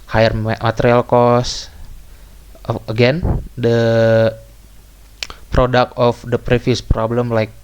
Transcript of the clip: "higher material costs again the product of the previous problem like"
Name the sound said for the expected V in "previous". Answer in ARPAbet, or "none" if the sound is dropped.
F